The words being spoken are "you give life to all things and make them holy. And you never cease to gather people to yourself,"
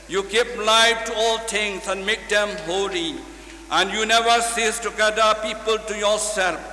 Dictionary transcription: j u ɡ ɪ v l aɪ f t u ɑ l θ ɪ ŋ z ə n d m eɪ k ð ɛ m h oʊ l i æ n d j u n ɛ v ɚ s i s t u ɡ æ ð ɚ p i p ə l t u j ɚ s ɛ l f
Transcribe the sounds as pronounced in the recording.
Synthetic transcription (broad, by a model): j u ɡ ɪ p l aɪ f t u ɑ l t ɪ ŋ s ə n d m eɪ k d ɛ m h oʊ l i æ n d j u n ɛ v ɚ s i s t u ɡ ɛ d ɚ p i p ə l t u j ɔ s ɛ l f